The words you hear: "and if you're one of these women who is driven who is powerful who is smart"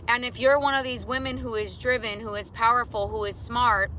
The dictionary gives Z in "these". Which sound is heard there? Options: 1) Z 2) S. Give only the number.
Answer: 1